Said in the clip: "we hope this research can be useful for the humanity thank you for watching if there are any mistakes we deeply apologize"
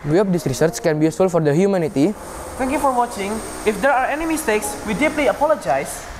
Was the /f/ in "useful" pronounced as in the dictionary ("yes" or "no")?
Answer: no